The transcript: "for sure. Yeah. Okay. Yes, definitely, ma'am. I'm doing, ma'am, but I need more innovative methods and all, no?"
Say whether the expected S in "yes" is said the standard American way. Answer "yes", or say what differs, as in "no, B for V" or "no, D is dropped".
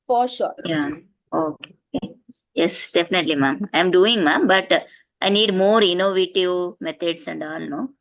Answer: yes